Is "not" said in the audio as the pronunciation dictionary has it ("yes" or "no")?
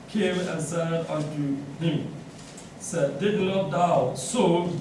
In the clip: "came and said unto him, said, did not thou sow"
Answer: no